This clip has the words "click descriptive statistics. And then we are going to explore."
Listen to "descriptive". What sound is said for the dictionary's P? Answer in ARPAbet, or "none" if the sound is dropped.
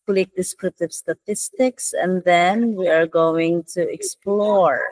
none